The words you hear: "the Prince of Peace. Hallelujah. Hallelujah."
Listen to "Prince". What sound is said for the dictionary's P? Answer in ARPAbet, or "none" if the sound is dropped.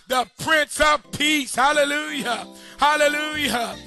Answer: P